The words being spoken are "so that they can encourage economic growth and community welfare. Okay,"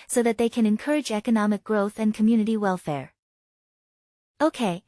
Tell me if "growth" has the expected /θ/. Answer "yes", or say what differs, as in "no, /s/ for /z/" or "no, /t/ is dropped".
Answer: yes